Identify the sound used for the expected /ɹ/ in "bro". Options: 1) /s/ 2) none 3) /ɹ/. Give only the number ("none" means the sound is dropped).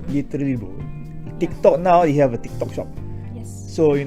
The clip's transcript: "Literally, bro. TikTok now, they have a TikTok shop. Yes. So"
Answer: 2